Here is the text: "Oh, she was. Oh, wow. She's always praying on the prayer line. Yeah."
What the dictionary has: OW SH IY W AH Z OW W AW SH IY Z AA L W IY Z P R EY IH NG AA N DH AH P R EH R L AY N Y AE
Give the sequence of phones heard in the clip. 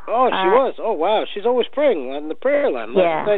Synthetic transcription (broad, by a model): OW SH IY W AH Z OW W AW SH IY Z AA L W IY Z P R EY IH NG AA N DH AH P R EH R L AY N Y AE